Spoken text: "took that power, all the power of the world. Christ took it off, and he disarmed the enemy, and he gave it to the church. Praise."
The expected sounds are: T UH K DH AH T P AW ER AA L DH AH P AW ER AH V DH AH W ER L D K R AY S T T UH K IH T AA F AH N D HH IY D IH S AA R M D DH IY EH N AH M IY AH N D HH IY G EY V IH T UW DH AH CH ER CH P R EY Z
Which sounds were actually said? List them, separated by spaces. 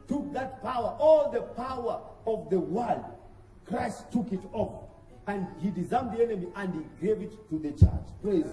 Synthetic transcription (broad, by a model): T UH K DH AH T P AW ER AA L DH AH P AW ER AH V DH AH W ER L D K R AY S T T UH K IH T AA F AH N D HH IY D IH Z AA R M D DH IY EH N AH M IY AH N D HH IY G EY V IH T UW DH AH CH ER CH P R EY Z